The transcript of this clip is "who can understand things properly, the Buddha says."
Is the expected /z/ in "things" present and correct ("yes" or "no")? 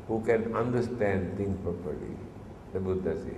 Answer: no